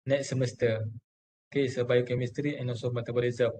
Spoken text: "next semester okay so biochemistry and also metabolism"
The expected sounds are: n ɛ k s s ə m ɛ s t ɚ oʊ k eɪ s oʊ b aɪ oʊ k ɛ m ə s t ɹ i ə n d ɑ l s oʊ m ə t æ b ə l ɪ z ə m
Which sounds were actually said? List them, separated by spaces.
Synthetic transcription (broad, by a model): n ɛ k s s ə m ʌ s t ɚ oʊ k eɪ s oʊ b aɪ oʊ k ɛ m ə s t ɹ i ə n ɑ s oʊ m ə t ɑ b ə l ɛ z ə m